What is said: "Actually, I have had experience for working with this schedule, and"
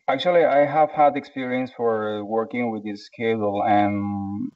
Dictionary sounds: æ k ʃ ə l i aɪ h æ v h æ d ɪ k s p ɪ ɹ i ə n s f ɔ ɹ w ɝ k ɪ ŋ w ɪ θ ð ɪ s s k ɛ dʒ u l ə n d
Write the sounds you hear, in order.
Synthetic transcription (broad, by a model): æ k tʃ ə l i aɪ h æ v h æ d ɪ k s p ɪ ɹ i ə n s f ɔ ɹ w ɝ k ɪ ŋ w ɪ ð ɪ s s k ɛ u l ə n